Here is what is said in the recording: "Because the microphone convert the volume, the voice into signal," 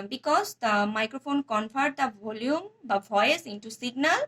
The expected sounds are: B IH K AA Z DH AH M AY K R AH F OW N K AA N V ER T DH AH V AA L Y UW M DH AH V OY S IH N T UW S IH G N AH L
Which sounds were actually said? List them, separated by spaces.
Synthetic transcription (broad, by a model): B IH K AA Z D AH M AY K R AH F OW N K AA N P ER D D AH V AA L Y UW M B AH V OY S IH N T UW S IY G N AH L